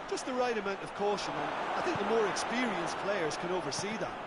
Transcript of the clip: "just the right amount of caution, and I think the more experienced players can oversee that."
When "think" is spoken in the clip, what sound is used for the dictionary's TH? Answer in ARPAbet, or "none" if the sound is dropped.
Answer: TH